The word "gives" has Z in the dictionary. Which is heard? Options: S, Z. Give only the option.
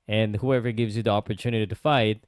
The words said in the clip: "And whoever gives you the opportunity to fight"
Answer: Z